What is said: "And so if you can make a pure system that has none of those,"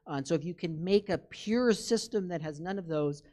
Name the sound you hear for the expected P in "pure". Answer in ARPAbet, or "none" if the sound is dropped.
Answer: P